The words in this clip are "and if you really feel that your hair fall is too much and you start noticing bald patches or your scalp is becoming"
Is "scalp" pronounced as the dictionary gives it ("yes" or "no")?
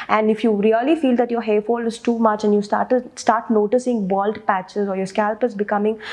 yes